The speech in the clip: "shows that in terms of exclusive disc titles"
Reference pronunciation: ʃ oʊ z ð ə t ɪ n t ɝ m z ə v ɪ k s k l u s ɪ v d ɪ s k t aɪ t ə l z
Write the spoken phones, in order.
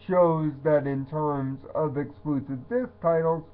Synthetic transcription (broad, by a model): ʃ oʊ z ð ə t ɪ n t ɝ m z ə v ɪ k s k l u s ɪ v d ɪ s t aɪ t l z